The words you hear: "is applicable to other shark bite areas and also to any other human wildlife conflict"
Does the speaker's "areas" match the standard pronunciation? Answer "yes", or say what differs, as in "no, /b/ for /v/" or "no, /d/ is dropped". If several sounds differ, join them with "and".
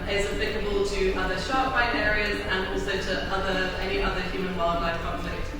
yes